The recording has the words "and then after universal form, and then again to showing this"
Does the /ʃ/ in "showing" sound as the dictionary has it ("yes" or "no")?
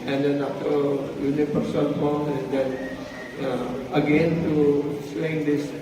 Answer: no